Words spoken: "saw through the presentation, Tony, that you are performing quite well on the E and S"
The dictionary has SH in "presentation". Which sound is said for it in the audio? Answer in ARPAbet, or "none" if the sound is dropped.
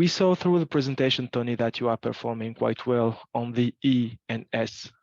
SH